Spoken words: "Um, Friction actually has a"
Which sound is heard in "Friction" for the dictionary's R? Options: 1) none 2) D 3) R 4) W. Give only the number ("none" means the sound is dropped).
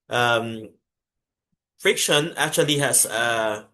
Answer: 3